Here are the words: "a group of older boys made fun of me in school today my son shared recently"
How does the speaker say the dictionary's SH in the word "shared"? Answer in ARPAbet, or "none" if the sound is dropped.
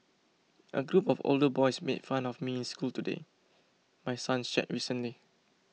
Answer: S